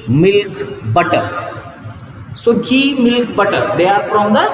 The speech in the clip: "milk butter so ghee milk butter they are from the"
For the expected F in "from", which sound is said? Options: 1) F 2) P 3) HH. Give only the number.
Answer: 2